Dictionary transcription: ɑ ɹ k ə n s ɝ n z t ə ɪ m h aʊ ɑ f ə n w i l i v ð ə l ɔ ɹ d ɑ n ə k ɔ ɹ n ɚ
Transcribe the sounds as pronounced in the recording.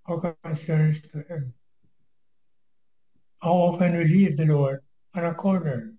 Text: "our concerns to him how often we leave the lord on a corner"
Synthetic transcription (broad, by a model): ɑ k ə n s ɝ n s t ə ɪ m h aʊ ɑ f ə n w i l i v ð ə l ɔ ɹ d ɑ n ə k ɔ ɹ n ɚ